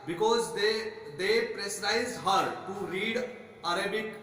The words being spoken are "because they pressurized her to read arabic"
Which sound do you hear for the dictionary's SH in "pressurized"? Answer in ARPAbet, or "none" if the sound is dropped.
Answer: S